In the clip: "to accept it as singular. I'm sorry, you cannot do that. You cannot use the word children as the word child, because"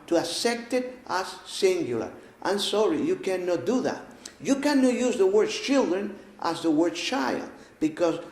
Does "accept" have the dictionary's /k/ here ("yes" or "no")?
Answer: no